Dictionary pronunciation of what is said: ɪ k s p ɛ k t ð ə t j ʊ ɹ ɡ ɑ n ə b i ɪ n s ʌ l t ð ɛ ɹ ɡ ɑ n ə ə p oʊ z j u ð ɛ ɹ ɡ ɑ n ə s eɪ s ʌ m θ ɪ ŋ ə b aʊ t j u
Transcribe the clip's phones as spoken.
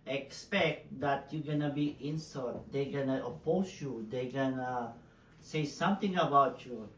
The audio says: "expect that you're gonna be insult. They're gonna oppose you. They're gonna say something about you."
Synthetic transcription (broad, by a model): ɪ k s p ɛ k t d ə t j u ɡ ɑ n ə b i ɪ n s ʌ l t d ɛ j ɡ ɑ n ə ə p oʊ s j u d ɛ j ɡ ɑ n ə s eɪ s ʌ m t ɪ ŋ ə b aʊ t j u